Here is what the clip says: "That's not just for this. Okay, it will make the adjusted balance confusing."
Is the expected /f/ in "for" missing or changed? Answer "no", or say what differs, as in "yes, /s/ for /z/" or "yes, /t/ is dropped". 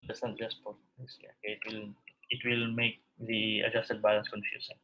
yes, /p/ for /f/